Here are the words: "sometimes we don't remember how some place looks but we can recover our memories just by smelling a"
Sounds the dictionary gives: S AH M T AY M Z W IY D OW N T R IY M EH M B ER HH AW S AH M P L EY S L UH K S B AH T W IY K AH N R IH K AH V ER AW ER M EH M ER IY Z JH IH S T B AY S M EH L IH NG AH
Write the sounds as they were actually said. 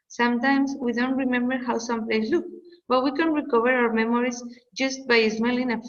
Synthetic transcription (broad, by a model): S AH M T AY M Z W IY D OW N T R IY M EH M B ER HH AW S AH M P L EY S L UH K B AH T W IY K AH N R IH K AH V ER AW ER M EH M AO IY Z JH IH S T B AY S M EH L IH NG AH